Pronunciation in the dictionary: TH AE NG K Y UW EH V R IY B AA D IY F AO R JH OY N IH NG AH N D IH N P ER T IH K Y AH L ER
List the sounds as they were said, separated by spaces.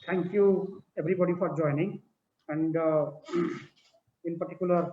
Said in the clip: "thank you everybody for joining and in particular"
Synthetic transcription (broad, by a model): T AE NG K Y UW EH B R IY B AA D IY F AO R JH OY N IH NG AH N D IH N P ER T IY K Y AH L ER